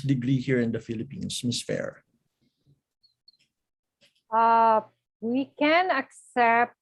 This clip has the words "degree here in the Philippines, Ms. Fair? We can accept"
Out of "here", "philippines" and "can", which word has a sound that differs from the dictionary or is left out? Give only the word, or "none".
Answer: philippines